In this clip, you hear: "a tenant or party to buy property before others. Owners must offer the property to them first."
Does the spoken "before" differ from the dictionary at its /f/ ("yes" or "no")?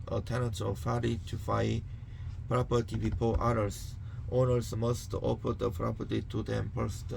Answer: yes